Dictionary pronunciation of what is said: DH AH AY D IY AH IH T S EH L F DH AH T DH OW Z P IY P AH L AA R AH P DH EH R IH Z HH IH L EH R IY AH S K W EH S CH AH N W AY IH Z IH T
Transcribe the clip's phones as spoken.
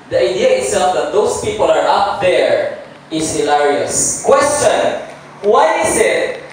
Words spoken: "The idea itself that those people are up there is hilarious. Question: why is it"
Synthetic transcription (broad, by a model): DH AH AY D IY AH IH T S EH L F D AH T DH OW S P IY P AH L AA R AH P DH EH R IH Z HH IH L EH R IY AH S K W EH S CH AH N W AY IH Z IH T